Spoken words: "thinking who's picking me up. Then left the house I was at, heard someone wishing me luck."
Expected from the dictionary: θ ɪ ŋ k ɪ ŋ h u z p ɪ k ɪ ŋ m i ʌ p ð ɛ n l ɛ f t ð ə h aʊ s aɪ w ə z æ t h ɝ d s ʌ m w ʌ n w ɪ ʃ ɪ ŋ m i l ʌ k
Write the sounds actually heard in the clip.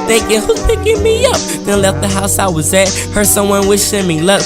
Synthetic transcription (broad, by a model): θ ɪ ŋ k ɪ h u z p ɪ k ɪ ŋ m i ʌ p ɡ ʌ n l ɛ f t ð ə h aʊ s aɪ w ə z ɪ t h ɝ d s ʌ m w ʌ n w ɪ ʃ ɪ m i l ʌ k